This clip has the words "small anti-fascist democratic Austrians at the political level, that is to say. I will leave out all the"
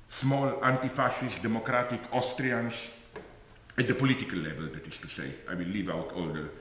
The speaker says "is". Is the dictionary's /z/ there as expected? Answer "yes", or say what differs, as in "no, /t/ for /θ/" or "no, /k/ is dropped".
no, /s/ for /z/